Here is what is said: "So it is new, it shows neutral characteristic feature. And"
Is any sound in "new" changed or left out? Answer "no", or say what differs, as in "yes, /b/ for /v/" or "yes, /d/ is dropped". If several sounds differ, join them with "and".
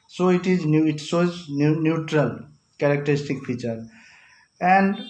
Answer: no